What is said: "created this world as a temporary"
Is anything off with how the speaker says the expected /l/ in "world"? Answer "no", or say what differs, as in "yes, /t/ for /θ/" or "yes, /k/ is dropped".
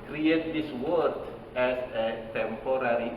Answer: yes, /l/ is dropped